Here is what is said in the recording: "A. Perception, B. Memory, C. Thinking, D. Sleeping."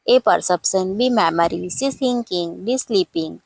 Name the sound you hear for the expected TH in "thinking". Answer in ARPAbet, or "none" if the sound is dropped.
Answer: S